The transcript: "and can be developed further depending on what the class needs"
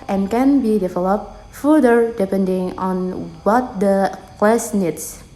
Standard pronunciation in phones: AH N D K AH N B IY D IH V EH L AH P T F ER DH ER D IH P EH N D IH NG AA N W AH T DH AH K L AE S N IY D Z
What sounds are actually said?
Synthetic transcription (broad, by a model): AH N K AH N B IY D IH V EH L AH P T F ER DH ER D IH P EH N D IH NG AA N W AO T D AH K W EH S N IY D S